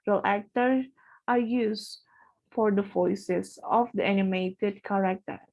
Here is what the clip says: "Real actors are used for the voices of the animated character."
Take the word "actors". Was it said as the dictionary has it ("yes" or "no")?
no